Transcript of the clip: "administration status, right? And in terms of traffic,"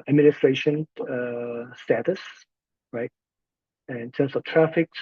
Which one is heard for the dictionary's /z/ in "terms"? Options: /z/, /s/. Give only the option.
/s/